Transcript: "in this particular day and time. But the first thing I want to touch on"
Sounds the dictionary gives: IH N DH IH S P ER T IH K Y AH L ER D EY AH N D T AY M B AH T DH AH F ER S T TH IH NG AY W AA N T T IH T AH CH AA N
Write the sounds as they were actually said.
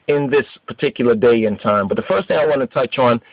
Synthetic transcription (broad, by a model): IH N DH IH S P ER T IH K Y L ER D EY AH N T AY M B AH T DH AH F ER S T TH IH NG AY W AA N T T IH T AH CH N